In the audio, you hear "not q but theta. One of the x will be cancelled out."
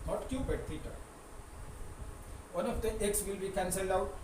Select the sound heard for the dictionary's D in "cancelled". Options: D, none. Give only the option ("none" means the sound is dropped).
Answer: D